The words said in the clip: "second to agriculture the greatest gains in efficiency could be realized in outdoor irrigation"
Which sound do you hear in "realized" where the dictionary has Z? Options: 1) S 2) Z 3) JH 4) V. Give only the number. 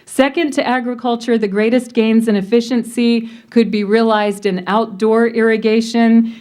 2